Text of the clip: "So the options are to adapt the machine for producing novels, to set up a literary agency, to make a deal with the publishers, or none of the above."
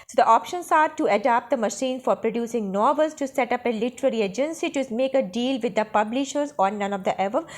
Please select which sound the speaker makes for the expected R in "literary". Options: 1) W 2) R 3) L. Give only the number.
2